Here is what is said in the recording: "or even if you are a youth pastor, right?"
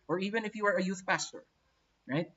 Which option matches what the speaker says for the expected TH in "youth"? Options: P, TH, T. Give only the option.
TH